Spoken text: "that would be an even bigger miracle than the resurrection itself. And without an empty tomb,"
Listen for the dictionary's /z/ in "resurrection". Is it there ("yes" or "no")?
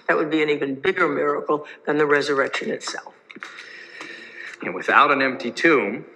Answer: yes